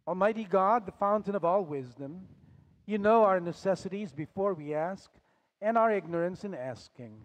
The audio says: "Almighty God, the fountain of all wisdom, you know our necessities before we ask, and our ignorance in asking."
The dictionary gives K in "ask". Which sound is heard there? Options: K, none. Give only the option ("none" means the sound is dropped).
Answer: K